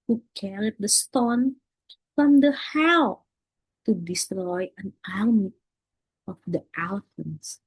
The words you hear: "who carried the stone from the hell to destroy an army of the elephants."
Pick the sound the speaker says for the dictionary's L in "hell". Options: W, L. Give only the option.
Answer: W